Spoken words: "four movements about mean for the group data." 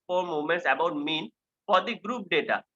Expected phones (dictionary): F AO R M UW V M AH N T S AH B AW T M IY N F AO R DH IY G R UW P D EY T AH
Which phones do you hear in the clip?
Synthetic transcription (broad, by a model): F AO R M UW M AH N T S AH B AW T M IY N F AO R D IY G R UW P D EY T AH